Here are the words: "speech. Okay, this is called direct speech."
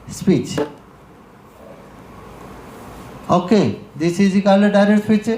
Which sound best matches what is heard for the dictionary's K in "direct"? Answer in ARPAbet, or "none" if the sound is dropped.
none